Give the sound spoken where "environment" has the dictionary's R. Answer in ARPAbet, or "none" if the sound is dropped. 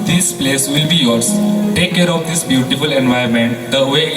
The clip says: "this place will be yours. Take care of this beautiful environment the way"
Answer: none